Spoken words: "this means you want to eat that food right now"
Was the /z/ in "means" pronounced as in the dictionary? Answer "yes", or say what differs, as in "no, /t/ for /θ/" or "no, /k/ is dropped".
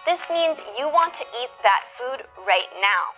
yes